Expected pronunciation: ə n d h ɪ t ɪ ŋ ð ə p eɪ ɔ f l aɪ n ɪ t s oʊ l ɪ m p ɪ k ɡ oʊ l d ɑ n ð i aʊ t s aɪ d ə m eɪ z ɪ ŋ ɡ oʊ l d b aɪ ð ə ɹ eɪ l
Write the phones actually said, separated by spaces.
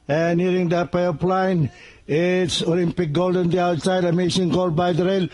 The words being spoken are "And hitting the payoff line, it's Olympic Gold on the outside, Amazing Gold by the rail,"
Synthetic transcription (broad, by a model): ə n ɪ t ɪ ŋ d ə p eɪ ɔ p l aɪ n ɪ t s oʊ l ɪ m p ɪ k ɡ oʊ l d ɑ n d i aʊ t s aɪ d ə m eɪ s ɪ ŋ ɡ oʊ l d b aɪ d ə ɹ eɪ l